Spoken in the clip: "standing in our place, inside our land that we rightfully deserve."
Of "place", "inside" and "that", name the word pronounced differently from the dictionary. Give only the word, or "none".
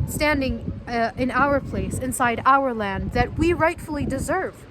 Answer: none